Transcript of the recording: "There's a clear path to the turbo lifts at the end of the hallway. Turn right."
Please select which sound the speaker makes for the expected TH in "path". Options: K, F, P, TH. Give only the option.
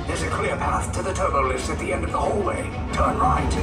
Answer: TH